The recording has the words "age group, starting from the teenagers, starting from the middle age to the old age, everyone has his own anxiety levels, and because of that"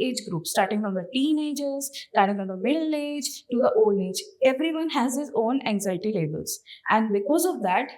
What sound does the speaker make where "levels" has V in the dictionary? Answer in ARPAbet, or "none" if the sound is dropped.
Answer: B